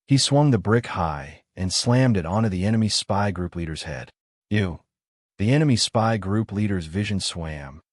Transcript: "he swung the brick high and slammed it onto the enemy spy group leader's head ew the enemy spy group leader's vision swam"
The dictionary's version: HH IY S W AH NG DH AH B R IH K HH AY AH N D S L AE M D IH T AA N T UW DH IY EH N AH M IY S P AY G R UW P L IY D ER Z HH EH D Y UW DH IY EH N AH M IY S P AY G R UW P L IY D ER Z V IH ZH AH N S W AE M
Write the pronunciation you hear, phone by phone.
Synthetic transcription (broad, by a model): HH IY S W AH NG DH AH B R IH K HH AY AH N S L AE M D IH T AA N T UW DH IY EH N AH M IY S P AY G R UW P L IY D ER Z HH EH D Y UW DH IY EH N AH M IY S P AY G R UW P L IY D ER Z V IH ZH AH N S W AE M